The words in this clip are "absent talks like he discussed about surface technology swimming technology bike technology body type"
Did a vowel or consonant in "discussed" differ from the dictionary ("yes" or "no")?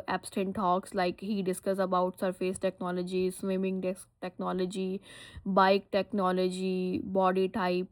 yes